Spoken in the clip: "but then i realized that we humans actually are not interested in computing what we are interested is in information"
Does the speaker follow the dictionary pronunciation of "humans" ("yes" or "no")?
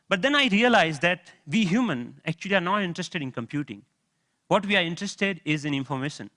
no